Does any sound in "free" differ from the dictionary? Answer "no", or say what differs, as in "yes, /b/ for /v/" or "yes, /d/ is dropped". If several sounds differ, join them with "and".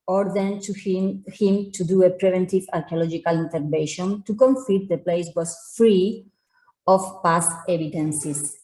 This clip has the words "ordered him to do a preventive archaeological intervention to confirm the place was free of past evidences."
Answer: no